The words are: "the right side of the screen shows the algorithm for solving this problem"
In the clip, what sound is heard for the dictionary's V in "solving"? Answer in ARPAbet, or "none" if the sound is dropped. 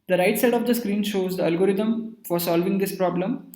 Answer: V